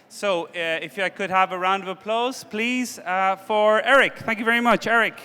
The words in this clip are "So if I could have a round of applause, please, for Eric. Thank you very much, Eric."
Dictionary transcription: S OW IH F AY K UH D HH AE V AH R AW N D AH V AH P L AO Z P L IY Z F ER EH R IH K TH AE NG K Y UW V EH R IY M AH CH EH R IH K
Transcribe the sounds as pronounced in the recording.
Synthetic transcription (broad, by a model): S OW IH F AY K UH D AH V AH R AW N D AH V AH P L AO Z P L IY Z F ER EH R IH K TH AE NG K Y UW V EH R IY M AH CH EH R IH K